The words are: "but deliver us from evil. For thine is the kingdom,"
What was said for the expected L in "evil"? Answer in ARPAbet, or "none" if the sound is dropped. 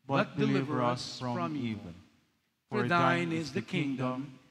N